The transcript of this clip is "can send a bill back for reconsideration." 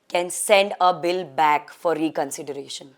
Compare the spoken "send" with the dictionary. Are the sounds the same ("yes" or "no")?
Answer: yes